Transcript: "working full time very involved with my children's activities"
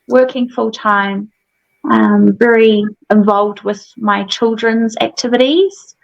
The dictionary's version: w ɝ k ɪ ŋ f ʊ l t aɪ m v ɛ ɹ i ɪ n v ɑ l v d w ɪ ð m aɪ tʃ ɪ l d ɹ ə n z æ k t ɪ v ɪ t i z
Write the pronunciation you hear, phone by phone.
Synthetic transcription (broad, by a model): w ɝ k ɪ ŋ f ʊ l t aɪ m v ɛ ɹ i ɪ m v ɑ l v d w ɪ ð m aɪ tʃ ɪ l d ɹ ə n z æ k t ɪ v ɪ t i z